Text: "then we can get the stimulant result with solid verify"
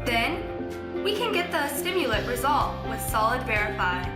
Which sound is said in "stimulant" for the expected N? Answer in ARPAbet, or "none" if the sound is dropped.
none